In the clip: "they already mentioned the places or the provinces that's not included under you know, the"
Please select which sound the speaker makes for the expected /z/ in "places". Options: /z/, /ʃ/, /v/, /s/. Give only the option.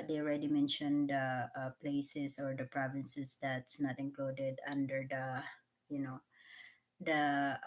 /s/